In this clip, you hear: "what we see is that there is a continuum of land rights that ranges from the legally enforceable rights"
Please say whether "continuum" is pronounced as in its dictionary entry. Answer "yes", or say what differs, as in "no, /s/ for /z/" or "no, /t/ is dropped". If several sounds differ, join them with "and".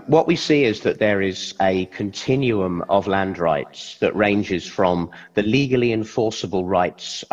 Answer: yes